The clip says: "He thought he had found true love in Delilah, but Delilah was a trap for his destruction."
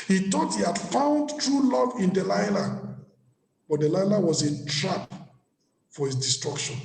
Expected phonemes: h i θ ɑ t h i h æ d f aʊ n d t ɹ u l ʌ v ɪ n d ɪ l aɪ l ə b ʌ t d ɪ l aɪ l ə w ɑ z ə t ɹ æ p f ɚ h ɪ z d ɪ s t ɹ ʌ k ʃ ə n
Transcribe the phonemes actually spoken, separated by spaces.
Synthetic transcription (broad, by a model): h i t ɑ t h i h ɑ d f aʊ n d t ɹ u l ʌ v ɪ n d ɪ l aɪ l ə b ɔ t d ɪ l aɪ l ə w ɑ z ə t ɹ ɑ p f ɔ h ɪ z d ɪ s t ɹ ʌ k ʃ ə n